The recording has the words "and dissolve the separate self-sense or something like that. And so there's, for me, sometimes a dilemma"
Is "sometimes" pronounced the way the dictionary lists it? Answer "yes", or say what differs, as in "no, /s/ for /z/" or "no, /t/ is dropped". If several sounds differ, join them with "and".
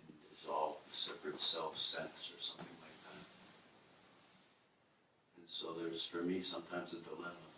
yes